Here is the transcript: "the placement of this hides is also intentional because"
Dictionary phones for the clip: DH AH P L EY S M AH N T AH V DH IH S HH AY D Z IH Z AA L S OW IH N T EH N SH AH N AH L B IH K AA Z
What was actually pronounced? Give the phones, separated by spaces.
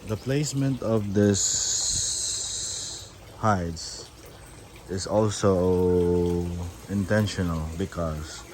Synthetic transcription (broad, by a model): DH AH P L EY S M AH N T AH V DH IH S HH AY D S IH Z AA L S OW IH N T EH N SH AH N AH L B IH K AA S